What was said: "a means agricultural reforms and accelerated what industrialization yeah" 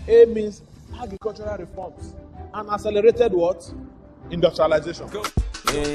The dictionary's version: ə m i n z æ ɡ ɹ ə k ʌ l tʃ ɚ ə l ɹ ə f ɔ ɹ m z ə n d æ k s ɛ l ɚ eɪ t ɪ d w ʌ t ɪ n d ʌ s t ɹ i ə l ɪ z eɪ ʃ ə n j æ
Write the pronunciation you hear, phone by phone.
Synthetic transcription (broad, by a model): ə m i n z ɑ ɡ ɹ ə k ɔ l tʃ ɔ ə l ɹ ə f ɔ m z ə n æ s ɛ l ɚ eɪ t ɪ d w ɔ t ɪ n d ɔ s t ɹ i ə l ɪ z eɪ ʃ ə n